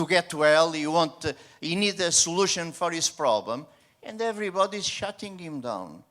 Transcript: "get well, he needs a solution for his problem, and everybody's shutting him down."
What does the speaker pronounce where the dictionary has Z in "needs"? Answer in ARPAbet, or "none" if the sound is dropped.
none